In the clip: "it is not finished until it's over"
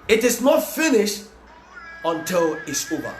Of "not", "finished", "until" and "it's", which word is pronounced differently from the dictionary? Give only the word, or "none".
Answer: none